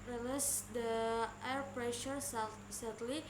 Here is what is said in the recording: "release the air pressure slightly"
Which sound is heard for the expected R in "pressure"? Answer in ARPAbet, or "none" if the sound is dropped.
R